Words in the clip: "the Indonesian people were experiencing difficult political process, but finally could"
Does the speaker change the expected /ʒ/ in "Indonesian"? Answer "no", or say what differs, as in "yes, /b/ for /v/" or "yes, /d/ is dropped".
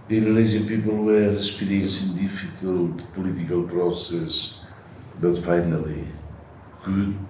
yes, /z/ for /ʒ/